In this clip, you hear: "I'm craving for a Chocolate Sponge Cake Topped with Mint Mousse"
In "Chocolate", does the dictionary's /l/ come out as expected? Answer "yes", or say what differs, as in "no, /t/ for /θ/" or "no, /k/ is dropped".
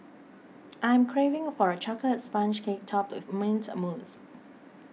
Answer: no, /l/ is dropped